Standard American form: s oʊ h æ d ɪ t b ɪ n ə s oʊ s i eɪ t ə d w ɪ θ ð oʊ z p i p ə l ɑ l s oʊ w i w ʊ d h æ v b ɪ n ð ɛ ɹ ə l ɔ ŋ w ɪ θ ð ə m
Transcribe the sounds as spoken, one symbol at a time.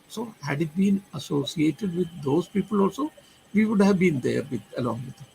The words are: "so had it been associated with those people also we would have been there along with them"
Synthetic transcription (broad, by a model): s oʊ h æ d ɪ t b ɪ n ə s oʊ s i eɪ t ə d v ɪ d oʊ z p i p ə l ɑ l s oʊ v i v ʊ d h æ v b ɪ n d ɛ ɹ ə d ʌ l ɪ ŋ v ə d